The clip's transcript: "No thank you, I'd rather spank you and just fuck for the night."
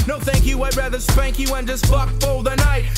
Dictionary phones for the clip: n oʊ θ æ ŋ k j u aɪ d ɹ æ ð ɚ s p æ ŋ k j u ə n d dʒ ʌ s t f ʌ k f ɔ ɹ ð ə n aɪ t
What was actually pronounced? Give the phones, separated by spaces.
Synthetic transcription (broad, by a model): n oʊ θ æ ŋ k j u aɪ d ɹ æ ð ɚ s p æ ŋ k j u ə n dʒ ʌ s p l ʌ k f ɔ l ð ə n aɪ t